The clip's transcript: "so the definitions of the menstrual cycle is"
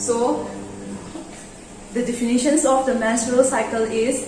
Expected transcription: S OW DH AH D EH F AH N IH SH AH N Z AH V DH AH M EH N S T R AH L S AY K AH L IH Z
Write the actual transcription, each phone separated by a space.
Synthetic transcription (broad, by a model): S OW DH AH D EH F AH N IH SH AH N S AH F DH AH M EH S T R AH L S AY K AH L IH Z